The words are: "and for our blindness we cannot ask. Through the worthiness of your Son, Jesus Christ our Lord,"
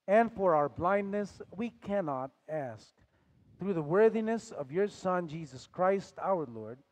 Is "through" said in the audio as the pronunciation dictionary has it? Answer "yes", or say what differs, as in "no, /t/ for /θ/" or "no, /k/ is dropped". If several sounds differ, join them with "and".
yes